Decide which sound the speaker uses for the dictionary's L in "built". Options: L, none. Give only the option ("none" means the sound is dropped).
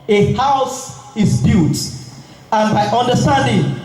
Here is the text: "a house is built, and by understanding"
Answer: none